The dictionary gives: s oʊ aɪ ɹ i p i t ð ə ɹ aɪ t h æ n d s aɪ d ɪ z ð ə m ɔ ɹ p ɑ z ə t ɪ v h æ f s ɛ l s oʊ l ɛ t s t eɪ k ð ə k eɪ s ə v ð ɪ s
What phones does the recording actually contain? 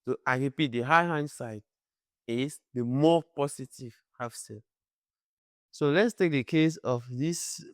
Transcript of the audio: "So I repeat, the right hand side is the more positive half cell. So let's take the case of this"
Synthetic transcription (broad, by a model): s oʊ aɪ ɹ i p i t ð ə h aɪ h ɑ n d s aɪ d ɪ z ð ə m ɔ p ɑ s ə t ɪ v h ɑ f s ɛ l s oʊ l ɛ t s t eɪ k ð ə k eɪ s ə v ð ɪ s